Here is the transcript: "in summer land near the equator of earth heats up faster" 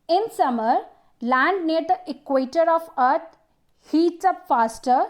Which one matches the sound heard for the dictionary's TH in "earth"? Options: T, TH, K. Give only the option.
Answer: T